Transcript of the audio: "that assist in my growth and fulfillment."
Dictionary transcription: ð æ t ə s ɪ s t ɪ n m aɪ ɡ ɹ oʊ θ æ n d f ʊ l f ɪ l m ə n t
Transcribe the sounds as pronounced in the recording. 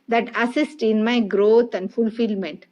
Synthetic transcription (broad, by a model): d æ t ə s ɪ s t ɪ n m aɪ ɡ ɹ oʊ t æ n d f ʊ l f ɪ l m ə n t